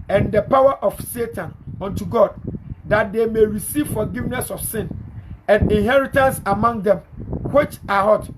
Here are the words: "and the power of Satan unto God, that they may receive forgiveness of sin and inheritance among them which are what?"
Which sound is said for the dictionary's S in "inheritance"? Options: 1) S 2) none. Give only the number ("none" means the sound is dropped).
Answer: 1